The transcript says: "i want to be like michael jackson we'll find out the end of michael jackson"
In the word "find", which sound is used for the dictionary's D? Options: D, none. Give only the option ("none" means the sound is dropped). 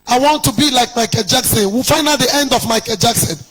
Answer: none